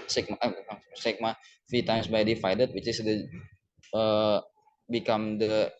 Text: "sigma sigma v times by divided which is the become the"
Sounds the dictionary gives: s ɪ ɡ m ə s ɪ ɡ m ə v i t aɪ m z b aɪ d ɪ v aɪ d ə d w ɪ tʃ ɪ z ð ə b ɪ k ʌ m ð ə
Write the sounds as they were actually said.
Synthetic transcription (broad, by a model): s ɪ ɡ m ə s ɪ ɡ m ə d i t aɪ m s b aɪ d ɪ f aɪ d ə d w ɪ tʃ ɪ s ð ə b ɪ k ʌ m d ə